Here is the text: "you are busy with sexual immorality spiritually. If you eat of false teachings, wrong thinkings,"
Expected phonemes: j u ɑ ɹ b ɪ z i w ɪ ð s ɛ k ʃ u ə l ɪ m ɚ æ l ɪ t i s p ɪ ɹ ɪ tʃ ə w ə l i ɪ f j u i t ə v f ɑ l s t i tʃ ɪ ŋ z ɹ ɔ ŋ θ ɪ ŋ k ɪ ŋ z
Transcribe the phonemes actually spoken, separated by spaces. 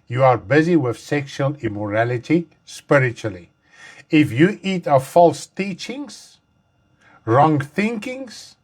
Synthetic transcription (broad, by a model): j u ɑ ɹ b ɪ z i w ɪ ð s ɛ k ʃ u ə l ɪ m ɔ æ l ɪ t i s p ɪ ɹ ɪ tʃ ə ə l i ɪ f j u i t ə v f ɑ l s t i tʃ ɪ ŋ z ɹ ɔ ŋ θ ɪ ŋ k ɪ ŋ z